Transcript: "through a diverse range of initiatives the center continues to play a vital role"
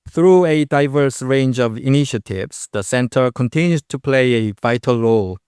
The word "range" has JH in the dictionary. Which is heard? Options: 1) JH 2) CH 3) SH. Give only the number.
1